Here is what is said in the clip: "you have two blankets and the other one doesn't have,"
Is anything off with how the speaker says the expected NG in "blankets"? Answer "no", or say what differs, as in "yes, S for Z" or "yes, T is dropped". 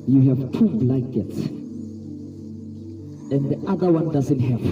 yes, NG is dropped